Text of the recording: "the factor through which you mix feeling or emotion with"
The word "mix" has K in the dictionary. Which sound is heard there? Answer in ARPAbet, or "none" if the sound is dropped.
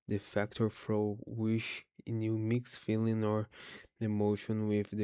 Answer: K